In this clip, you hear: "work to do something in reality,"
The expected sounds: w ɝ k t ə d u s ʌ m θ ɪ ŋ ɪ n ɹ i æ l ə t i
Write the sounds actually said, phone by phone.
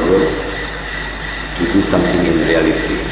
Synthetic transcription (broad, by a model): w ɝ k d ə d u s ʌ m s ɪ ŋ ɪ n ɹ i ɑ l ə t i